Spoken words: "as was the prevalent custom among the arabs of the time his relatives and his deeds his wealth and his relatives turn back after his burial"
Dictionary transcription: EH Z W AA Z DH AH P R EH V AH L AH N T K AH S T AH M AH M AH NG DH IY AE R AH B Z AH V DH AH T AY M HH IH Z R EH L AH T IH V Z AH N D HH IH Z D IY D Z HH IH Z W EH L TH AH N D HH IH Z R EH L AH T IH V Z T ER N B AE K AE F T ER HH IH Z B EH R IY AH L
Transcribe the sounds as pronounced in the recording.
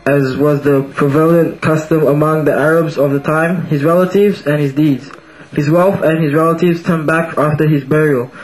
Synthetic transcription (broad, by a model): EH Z W AA Z DH AH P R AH V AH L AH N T K AH S T AH M AH M AH NG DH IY AE R AH B Z AH V DH AH T AY M HH IH Z R EH L AH T IH V Z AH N HH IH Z D IY D Z HH IH Z W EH L F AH N HH IH Z R EH L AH T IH V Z T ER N B AE K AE F T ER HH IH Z B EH R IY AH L